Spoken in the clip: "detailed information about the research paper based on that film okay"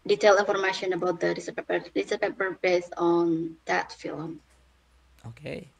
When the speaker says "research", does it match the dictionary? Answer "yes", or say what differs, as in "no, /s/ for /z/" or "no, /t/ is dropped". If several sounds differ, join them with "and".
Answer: no, /s/ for /tʃ/